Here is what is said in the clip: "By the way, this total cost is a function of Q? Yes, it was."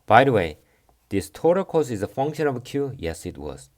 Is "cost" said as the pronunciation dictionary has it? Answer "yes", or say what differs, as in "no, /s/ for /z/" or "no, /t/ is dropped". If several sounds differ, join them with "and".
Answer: no, /t/ is dropped